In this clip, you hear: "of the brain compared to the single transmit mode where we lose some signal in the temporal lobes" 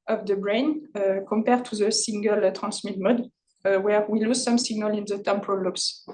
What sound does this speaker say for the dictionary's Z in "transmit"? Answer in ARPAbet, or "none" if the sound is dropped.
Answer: S